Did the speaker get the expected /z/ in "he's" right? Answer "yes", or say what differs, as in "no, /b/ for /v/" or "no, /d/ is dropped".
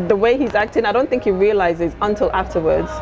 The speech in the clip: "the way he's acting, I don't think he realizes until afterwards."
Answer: yes